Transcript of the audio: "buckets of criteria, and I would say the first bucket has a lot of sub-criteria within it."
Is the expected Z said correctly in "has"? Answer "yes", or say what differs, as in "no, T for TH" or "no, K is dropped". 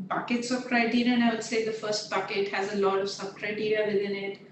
yes